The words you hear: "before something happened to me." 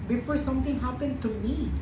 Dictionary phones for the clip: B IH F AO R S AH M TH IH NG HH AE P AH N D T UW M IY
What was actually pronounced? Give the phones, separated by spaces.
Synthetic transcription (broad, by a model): B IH F AO R S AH M T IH NG HH AE P AH N D T UW M IY